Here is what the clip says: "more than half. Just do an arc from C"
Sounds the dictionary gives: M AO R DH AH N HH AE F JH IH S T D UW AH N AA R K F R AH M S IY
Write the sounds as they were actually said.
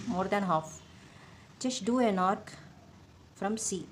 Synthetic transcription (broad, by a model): M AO R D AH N HH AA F CH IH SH D UW AH N AA R K F R AH M S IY